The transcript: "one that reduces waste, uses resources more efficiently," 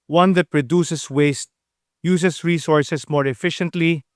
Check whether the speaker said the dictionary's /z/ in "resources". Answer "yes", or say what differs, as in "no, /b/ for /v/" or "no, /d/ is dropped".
no, /s/ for /z/